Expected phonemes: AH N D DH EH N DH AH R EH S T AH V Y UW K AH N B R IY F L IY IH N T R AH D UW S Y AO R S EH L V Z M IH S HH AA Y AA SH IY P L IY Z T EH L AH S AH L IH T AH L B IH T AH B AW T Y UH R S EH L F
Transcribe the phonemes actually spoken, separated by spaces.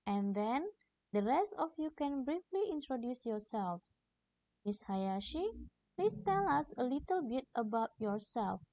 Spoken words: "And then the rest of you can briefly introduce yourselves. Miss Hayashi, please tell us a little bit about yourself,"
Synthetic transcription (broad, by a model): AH N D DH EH N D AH R EH S T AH F Y UW K AH N B R IY F L IY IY N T R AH D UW S Y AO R S EH L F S M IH S HH AA Y AA SH IY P L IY S T EH L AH S AH L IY T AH L B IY T AH B AW T Y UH R S EH L F